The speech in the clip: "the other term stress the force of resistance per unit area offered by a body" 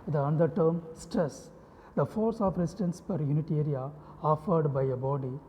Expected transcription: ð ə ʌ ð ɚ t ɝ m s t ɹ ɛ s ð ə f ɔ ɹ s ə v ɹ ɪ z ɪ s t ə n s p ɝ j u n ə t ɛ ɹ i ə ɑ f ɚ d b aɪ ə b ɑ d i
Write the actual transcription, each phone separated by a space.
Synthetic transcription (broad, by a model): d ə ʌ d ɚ t ɝ m s t ɹ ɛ s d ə f ɔ ɹ s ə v ɹ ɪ s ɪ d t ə n s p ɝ j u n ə t ɛ ɹ i ə ɑ f ɚ d b aɪ ə b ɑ d i